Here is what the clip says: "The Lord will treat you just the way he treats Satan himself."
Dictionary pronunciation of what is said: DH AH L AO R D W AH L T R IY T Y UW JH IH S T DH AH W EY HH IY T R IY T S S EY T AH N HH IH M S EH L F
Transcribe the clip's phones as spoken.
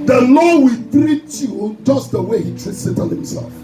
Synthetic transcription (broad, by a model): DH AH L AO W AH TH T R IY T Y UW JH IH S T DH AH W EY HH IY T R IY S S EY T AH L HH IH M S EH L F